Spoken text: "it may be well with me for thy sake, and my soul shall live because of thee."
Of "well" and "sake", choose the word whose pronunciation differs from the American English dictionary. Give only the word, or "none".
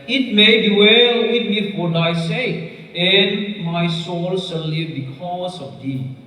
sake